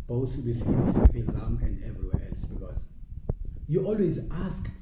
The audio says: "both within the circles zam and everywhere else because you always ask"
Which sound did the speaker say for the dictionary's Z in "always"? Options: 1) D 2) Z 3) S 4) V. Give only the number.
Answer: 2